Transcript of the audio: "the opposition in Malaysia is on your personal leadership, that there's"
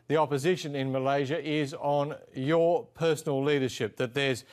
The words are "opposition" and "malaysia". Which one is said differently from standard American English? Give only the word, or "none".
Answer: none